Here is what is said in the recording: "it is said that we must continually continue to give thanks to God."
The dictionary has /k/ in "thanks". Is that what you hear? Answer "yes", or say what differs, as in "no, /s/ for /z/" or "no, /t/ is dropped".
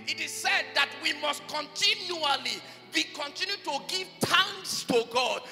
no, /k/ is dropped